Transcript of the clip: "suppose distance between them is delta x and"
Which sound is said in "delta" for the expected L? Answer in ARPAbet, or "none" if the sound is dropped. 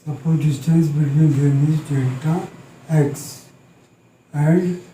none